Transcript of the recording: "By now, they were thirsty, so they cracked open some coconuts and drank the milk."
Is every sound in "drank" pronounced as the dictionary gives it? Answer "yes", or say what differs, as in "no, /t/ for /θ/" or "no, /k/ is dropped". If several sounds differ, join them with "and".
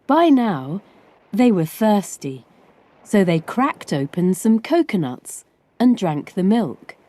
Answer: yes